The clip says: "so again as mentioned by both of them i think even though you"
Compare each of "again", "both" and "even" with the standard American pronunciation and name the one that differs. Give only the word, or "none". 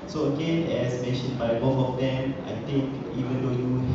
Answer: both